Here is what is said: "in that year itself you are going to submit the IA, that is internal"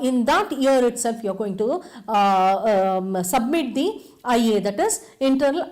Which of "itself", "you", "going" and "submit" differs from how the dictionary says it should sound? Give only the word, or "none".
none